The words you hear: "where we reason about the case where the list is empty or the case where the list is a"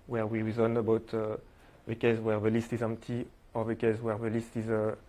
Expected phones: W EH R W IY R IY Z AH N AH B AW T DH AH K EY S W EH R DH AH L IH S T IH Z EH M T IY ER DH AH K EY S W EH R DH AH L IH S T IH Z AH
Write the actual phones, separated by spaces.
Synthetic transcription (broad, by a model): W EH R W IY R IY Z AH N AH B AW T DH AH K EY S W EH R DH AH L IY S T IH Z EH M T IY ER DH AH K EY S W EH R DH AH L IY S T IH Z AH